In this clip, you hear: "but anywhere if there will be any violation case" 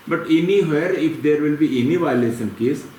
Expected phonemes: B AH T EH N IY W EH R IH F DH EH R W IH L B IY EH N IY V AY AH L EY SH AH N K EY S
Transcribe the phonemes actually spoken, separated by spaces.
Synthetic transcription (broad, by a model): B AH T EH N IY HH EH R IH F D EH R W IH L B IY EH N IY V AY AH L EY S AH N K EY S